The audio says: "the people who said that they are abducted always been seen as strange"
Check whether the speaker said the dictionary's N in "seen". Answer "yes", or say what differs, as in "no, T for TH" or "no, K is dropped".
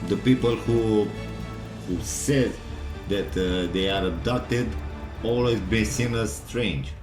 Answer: no, L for N